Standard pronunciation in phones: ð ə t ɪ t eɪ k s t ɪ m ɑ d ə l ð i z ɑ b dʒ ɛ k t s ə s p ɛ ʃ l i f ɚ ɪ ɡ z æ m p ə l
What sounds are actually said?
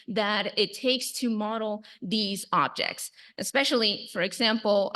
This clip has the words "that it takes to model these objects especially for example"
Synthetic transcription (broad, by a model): ð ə t ɪ t eɪ k s t ɪ m ɑ d l ð i z ɑ b dʒ ɛ k t s ə s p ɛ ʃ l i f ɚ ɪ ɡ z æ m p l